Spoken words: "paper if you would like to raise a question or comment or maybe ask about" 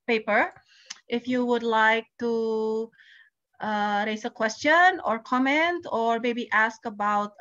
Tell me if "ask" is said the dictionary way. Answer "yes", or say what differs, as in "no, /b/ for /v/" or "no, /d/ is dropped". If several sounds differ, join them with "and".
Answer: yes